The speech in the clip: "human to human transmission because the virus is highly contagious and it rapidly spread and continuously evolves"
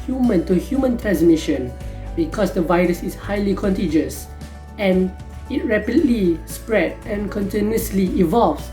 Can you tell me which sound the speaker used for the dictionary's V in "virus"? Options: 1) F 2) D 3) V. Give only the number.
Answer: 3